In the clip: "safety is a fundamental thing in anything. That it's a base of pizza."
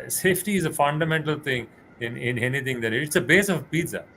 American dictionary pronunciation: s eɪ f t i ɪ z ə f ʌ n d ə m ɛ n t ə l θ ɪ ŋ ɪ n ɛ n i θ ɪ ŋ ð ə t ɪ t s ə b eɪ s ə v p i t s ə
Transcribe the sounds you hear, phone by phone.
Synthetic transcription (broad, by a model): s eɪ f t i ɪ z ə f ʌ n d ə m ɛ n t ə l t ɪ ŋ ɪ n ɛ n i t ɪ ŋ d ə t ɪ t s ə b eɪ s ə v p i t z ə